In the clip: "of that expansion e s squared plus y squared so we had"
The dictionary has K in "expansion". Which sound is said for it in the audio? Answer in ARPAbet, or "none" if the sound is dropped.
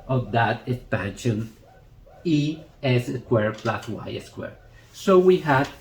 K